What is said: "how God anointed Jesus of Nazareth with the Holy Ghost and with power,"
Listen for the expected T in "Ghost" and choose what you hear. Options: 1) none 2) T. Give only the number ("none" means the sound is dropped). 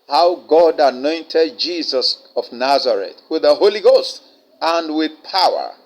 2